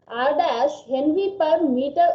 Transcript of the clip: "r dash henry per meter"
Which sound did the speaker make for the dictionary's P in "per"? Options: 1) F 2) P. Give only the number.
2